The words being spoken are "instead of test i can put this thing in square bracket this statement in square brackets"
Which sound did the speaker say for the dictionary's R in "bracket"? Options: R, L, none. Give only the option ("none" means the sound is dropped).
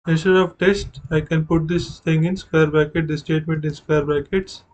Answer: none